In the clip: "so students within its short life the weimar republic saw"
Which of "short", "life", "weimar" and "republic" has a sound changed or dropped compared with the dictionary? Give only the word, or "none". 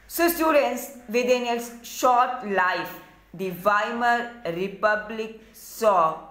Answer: none